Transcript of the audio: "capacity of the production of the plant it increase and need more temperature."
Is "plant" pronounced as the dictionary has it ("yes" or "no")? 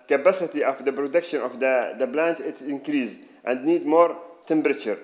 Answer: no